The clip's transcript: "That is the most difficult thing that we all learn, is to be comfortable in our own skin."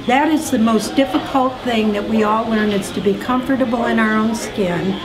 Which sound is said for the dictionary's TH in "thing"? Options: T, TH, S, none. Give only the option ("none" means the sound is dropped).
TH